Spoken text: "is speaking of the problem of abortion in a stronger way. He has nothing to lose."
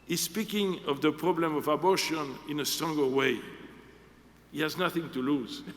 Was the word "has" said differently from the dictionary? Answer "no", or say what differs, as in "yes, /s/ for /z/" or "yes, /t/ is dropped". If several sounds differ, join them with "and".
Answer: no